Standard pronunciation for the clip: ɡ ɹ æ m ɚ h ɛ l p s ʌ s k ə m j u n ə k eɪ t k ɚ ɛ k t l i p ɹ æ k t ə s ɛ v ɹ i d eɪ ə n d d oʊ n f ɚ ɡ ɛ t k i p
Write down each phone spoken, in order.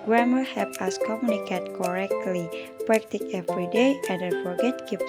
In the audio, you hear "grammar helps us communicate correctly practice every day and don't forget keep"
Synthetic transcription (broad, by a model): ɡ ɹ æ m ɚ h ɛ p ʌ s k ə m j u n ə k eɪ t k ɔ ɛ k t l i p ɹ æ k t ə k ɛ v ɹ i d eɪ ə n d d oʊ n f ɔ ɡ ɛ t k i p